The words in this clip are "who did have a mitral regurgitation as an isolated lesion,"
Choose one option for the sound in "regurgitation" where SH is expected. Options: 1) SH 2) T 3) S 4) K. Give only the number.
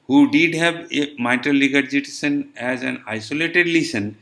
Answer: 3